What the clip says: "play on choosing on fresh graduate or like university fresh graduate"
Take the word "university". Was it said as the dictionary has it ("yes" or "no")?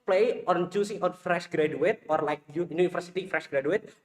no